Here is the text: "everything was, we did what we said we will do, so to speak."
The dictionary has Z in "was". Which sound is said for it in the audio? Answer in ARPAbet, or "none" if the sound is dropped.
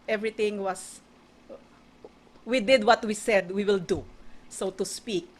S